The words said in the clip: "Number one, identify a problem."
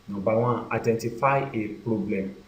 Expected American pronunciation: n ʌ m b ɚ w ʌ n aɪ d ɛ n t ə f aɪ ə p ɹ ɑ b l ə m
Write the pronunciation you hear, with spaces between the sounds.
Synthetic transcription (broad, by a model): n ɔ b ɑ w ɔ aɪ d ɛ n t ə f aɪ ə p ɹ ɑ b l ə m